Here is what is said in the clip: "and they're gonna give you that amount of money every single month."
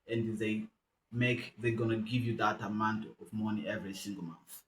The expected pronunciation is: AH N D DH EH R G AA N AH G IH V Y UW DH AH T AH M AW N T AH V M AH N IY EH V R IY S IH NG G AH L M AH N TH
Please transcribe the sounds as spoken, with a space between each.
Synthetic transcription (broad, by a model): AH N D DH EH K G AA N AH G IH V Y UW DH AH T AH M AW N T AH V M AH N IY EH V R IY S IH NG G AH L M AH N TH